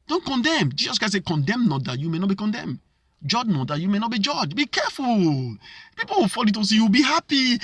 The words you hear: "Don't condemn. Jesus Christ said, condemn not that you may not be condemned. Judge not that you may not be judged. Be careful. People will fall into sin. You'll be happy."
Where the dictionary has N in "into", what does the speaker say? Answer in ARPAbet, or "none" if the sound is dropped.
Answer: none